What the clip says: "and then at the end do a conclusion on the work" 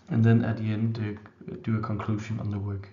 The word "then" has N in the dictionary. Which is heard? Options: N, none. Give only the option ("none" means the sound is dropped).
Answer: N